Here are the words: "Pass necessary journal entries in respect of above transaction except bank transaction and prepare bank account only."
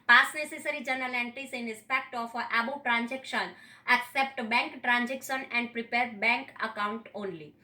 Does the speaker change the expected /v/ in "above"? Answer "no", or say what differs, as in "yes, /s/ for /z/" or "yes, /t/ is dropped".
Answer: yes, /b/ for /v/